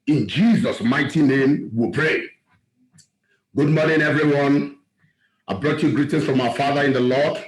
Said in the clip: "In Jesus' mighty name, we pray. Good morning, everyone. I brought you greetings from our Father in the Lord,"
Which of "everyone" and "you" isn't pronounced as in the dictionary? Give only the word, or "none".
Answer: none